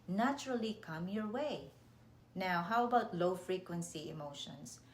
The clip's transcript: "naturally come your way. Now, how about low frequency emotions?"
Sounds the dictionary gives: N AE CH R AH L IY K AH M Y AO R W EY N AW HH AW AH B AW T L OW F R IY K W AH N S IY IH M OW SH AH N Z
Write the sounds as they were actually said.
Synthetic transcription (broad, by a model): N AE CH R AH L IY K AH M Y AO R W EY N AW HH AW AH B AW T L OW F R IY K W AH N S IY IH M OW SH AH N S